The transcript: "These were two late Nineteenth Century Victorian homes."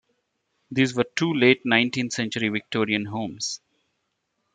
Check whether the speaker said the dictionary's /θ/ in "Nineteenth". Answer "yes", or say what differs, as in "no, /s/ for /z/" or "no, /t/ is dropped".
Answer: no, /t/ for /θ/